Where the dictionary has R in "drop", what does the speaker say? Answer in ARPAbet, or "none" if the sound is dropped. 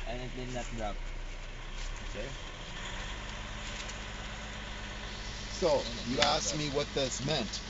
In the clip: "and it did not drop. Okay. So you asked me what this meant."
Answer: none